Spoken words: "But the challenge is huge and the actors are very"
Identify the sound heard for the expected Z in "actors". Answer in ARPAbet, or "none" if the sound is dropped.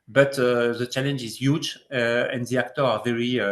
none